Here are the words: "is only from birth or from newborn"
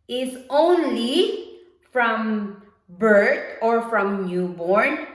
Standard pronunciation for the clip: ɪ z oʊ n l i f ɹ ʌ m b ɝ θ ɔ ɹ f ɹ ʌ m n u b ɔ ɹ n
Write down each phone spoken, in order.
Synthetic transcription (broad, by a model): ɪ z oʊ n l i f ɹ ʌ m b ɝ t ɔ ɹ f ɹ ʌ m n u b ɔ ɹ n